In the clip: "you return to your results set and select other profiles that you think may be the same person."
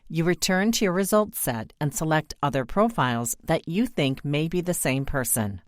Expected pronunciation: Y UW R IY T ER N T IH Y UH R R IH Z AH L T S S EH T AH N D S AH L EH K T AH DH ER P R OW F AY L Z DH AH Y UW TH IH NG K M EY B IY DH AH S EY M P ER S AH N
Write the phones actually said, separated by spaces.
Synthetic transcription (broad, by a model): Y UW R IY T ER N T IH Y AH R R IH Z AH L T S S EH T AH N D S AH L EH K T AH DH ER P R OW F AY L Z DH AH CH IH TH IH NG K M EY B IY DH AH S EY M P ER S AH N